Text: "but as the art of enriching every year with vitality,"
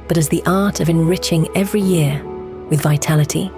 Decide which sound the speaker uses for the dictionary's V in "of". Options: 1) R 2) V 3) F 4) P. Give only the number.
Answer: 2